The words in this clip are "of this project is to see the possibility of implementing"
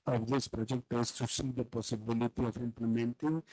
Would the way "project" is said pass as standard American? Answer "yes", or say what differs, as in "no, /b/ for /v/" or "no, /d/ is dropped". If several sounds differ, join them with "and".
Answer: yes